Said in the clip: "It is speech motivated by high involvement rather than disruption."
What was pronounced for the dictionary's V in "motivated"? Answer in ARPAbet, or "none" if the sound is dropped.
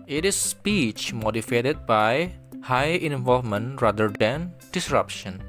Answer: F